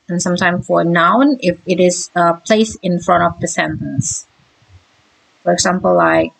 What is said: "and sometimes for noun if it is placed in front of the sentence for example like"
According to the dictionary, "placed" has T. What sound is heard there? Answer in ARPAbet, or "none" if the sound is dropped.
none